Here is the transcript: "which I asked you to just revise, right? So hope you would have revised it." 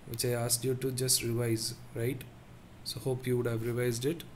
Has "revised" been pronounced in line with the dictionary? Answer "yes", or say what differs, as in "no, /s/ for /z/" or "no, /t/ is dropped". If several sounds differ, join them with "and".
yes